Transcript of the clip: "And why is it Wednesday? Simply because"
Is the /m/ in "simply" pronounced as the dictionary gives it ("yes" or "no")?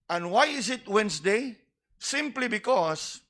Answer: yes